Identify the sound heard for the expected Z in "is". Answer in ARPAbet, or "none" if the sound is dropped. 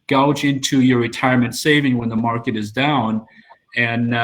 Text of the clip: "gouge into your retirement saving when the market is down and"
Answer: Z